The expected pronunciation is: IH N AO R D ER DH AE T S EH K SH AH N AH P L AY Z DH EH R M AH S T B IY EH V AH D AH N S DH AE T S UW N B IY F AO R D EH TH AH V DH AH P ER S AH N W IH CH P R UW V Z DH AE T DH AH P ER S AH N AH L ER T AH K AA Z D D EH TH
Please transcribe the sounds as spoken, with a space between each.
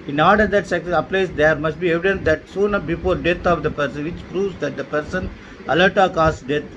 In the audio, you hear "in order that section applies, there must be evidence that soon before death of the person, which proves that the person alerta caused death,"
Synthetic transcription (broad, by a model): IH N AO R D ER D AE T S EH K S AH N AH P L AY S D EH R M AH S T B IY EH V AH D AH N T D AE T S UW N B IY F AO R D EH T AH V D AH P ER S AH N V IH CH P R UW V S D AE T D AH P ER S AH N AH L ER T AH K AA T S D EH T